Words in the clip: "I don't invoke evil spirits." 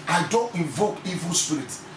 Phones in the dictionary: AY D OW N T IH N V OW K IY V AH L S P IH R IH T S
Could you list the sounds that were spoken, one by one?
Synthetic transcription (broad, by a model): AY D OW N T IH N V OW K IY V AH L S P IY R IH T